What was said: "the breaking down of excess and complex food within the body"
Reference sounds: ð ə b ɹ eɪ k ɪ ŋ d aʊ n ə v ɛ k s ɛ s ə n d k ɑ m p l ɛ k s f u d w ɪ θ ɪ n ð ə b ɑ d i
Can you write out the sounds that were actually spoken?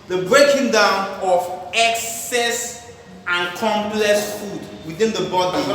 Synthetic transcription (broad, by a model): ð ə b ɹ eɪ k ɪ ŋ d aʊ n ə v ɛ k s ɛ s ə n k ɑ m p l ɛ k s f u d w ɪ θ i n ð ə b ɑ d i